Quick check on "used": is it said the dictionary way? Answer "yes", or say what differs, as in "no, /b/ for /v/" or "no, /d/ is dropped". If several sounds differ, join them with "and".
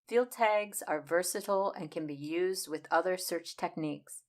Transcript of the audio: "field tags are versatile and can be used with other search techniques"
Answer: yes